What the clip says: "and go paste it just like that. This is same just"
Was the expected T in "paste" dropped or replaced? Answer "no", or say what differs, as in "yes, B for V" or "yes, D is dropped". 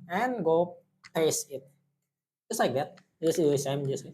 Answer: yes, T is dropped